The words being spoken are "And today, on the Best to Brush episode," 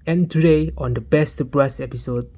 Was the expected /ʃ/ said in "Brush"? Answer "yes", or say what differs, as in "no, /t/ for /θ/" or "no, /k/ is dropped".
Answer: no, /s/ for /ʃ/